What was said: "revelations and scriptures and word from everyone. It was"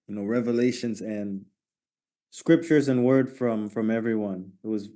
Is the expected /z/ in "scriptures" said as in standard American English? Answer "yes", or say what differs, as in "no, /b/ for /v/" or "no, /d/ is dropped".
yes